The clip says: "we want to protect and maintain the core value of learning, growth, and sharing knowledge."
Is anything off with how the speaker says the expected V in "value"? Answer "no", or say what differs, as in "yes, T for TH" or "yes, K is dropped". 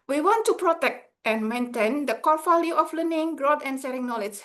yes, F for V